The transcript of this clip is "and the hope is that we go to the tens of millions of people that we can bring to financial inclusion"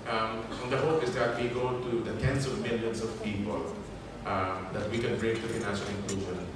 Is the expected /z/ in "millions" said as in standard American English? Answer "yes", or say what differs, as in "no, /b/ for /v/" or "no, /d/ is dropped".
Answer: no, /s/ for /z/